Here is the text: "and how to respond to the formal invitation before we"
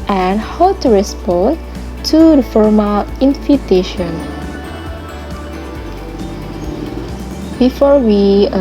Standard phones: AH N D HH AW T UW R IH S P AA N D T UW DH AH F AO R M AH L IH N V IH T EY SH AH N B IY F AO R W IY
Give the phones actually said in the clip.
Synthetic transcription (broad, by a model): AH N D HH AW T UW R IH S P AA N T UW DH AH F AO R M AH L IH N F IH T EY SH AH N B IY F AO R W IY